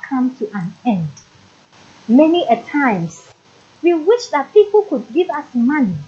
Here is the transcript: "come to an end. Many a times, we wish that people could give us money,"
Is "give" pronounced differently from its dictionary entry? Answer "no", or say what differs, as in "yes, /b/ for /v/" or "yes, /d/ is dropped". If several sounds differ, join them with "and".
no